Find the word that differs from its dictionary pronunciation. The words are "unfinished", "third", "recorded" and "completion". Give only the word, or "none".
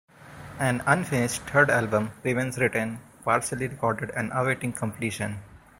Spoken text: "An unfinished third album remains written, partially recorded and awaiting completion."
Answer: third